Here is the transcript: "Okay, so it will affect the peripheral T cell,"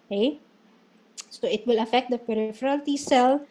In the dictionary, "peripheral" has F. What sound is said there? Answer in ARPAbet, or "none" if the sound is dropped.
F